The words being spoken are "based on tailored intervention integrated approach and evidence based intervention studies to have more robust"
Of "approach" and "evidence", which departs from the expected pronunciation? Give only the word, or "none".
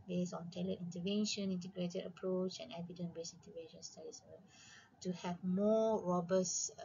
evidence